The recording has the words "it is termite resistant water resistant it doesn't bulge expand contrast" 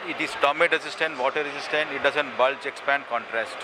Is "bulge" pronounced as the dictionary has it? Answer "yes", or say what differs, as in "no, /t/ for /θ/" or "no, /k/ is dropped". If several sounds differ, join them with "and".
no, /tʃ/ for /dʒ/